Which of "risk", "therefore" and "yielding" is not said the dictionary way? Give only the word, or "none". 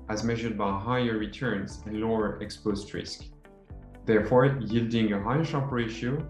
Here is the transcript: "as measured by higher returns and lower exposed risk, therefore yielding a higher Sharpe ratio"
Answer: none